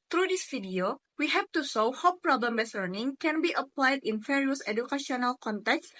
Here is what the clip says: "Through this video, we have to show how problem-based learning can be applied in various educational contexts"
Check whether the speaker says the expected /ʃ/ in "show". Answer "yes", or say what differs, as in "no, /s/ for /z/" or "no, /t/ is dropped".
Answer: no, /s/ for /ʃ/